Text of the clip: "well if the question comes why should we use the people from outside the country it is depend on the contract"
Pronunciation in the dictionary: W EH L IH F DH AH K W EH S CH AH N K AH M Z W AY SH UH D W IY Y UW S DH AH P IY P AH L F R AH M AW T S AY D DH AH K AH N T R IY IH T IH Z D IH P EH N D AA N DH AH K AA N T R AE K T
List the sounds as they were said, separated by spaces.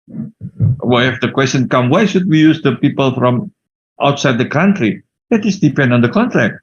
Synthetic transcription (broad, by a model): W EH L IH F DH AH K W EH S CH AH N K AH M W AY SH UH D W IY Y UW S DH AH P IY P AH L F R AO M AW T S AY D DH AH K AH N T R IY IH T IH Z D IH P EH N D AA N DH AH K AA N T R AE K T